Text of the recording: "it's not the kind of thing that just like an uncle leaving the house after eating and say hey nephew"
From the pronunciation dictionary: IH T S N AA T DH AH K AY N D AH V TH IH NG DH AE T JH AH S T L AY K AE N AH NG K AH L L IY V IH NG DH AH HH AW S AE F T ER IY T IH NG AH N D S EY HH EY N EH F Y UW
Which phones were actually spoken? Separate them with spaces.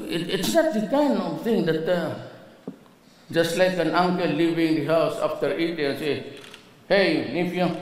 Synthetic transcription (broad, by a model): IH T S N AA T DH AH K AY N D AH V T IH NG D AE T JH AH S T L AY K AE N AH NG K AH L L IY V IH NG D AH HH AW S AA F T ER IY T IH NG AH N S EY HH EY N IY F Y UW